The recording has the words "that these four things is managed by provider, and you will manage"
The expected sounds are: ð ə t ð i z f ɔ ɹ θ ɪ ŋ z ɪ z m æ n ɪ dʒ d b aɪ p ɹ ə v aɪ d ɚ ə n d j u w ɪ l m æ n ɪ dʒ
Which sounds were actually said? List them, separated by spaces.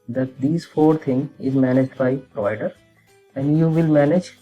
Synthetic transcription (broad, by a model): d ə t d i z f ɔ ɹ t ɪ ŋ ɪ z m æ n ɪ dʒ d b aɪ p ɹ ə v aɪ d ɚ ə n d j u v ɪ l m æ n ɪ dʒ